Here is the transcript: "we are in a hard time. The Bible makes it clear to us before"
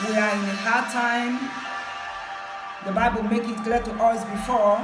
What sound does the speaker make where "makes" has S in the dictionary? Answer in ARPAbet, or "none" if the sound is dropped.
none